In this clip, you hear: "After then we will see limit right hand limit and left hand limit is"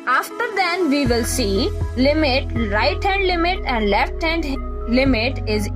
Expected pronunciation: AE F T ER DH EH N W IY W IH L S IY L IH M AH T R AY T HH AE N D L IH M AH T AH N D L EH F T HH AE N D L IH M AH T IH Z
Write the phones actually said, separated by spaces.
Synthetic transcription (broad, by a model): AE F T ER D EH N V IY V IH L S IY L IH M AH T R AY T HH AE N D L IH M AH T AH N D L EH F T HH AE N D L IH M AH T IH Z